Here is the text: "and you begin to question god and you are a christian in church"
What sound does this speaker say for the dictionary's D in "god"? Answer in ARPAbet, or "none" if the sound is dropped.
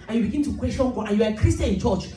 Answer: none